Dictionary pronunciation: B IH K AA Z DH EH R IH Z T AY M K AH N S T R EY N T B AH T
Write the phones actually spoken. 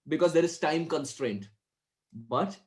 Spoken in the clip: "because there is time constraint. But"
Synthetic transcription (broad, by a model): B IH K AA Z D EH R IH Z T AY M K AH N S T R EY N T B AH T